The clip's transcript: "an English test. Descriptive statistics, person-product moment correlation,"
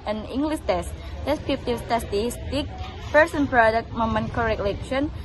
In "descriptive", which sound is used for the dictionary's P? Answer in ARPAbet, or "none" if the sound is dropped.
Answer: F